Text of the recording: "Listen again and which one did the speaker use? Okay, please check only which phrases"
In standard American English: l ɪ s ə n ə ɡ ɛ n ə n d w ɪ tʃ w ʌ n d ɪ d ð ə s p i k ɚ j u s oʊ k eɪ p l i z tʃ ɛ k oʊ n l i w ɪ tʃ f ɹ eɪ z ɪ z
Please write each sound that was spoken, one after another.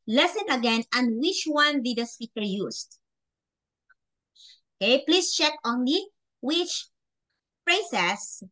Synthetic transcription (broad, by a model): l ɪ s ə n ə ɡ ɛ n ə n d w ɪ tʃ w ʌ n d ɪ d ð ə s p i k ɚ j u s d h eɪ p l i s tʃ ɛ k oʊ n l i w ɪ tʃ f ɹ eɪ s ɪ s